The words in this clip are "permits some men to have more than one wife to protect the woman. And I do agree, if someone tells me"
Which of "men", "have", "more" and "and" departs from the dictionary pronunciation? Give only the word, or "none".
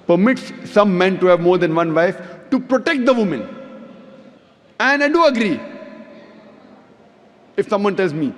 none